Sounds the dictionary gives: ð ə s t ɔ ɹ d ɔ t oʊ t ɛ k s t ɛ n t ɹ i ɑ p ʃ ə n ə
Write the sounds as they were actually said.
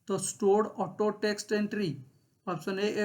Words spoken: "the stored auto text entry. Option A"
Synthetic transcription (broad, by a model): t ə s t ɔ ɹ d ɔ t oʊ t ɛ k s t ɛ n t ɹ i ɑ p s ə n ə